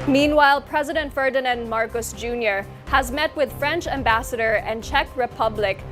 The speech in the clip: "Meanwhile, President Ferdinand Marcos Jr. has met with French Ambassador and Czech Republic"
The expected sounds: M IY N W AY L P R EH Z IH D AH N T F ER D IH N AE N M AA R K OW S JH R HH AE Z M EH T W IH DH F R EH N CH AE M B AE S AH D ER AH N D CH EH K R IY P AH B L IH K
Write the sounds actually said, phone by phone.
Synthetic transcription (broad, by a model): M IY N W AY L P R EH Z IH D AH N T F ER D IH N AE N M AA R K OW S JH R HH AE Z M EH T W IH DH F R EH N CH AE M B AE S AH D ER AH N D CH EH K R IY P AH B L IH K